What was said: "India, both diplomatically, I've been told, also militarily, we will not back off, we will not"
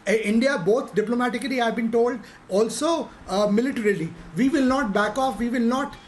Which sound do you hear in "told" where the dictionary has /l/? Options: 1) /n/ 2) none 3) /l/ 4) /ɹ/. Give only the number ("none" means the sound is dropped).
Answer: 3